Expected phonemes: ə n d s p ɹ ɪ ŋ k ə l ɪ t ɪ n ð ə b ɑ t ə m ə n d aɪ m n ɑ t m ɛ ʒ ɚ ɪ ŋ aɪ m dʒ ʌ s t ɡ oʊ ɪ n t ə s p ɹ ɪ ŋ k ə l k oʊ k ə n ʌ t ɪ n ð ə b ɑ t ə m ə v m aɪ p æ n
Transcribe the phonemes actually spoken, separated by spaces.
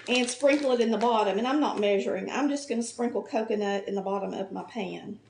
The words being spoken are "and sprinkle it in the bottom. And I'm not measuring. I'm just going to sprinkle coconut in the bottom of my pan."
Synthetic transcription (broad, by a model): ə n s p ɹ ɪ ŋ k l ɪ t ɪ n ð ə b ɑ t ə m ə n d aɪ m n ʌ t m ɛ ʒ ɚ ɪ ŋ aɪ m dʒ ʌ s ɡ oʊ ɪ n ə s p ɹ ɪ ŋ k l k oʊ k ə n ʌ t ɪ n ð ə b ɑ t ə m ə v m aɪ p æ n